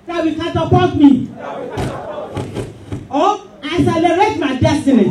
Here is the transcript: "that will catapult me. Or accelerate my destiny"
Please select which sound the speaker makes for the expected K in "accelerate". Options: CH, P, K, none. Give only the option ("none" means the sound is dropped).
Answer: none